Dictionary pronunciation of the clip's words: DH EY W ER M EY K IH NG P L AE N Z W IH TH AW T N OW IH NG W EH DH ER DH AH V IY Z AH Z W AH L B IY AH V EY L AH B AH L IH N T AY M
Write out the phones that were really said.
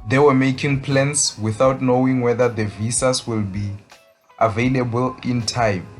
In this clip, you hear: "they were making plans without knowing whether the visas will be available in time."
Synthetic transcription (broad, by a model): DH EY W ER M EY K IH NG P L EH N S W IH TH AW T N OW IH NG W EH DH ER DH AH V IY S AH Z W AH L B IY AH V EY L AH B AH L IH N T AY M